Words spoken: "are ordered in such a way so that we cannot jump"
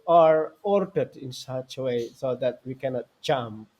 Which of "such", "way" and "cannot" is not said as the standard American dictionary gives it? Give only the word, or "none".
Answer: none